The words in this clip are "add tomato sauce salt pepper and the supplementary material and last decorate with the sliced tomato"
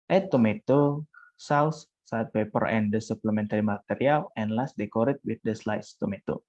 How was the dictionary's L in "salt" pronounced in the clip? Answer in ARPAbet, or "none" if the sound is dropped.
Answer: none